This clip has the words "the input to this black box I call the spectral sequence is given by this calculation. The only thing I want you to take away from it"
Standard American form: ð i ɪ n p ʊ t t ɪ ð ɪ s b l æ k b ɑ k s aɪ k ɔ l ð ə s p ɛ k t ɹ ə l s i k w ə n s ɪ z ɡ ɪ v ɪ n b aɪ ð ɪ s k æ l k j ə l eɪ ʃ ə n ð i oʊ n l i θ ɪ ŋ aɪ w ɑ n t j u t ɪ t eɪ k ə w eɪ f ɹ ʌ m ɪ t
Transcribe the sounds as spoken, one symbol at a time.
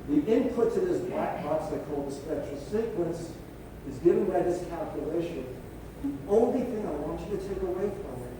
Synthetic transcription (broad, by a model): ð i ɪ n p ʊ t t ɪ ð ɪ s b l æ k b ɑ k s aɪ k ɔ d ð ə s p ɛ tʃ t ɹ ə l s i k w ə n s ɪ z ɡ ɪ v ɪ n b aɪ ð ɪ s k æ l k j ə l eɪ ʃ ə n ð i oʊ n l i θ ɪ ŋ aɪ w ɑ n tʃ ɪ t ɪ t eɪ k ə w eɪ f ɹ ʌ m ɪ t